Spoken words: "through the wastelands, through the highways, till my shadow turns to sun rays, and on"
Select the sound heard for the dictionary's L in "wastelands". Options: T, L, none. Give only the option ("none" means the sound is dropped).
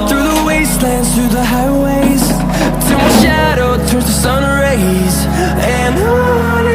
L